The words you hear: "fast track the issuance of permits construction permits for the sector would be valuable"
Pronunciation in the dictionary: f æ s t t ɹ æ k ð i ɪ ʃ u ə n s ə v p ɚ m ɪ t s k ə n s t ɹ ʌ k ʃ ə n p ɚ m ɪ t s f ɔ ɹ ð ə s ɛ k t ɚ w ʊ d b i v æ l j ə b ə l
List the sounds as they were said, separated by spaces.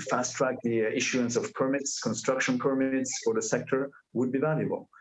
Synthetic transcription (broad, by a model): f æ s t t ɹ æ k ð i ɪ ʃ u ə n s ə v p ɚ m ɪ t s k ə n s t ɹ ʌ k ʃ ə n p ɚ m ɪ t s f ɔ ɹ ð ə s ɛ k t ɚ w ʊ d b i v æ l j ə b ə l